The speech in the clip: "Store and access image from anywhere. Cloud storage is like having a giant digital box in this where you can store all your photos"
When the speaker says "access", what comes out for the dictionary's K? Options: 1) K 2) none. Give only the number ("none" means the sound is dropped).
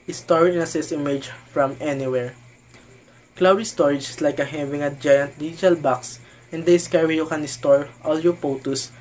2